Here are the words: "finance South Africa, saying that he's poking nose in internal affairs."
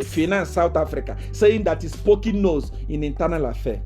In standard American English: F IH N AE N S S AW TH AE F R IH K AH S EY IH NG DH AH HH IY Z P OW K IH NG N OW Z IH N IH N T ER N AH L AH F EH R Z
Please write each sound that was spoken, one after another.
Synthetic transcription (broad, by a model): F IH N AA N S S AW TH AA F R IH K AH S EY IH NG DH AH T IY S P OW K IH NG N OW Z IH N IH N T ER N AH L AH F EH